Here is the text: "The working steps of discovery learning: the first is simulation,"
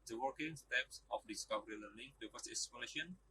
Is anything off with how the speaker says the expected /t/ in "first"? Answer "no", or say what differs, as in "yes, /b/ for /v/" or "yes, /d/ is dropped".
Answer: yes, /t/ is dropped